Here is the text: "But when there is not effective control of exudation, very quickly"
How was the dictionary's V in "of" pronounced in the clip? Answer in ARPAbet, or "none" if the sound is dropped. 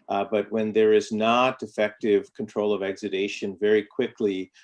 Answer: V